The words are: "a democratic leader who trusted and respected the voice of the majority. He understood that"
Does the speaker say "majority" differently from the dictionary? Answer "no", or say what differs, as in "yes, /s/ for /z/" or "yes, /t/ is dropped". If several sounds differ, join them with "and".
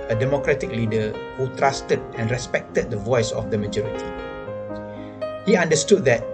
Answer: no